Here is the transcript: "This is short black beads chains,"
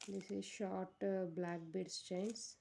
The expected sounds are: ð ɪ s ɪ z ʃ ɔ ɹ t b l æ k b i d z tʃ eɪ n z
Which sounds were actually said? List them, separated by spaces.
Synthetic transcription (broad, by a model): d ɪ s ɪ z ʃ ɔ ɹ t b l æ k b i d s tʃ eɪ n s